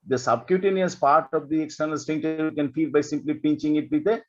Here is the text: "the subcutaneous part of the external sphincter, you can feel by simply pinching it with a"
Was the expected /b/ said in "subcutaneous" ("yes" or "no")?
yes